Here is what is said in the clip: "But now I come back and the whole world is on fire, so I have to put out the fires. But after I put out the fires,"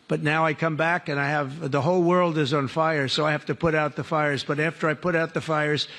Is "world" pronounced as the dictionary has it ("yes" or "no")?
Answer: yes